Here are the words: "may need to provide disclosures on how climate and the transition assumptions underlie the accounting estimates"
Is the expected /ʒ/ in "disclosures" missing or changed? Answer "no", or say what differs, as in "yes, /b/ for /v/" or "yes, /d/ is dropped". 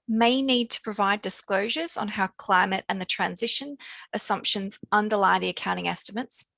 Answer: no